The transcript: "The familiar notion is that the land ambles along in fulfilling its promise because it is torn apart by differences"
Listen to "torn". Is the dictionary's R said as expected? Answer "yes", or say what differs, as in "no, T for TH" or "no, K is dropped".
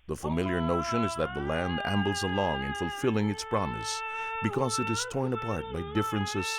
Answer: yes